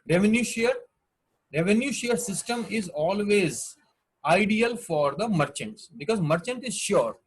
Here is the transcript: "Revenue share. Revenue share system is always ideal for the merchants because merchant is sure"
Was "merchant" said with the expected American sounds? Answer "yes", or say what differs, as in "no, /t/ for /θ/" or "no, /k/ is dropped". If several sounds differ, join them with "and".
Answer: yes